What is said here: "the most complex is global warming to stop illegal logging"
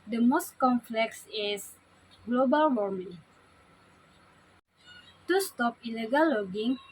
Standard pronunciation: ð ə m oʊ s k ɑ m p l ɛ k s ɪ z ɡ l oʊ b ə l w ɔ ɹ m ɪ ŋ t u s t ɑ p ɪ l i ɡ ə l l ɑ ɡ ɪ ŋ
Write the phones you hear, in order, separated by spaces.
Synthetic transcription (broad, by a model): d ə m oʊ s k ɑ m f l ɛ k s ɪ s ɡ l oʊ b ə l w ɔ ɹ m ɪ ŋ t u s t ɑ p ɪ l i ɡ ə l l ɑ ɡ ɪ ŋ